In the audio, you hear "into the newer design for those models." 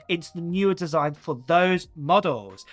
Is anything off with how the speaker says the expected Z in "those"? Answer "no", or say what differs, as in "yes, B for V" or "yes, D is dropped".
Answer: no